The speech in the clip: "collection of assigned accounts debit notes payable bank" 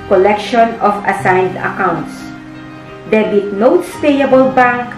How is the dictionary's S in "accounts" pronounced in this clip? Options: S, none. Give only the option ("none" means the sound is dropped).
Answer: S